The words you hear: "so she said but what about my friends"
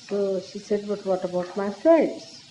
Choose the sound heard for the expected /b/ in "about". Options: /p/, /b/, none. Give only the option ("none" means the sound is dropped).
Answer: /b/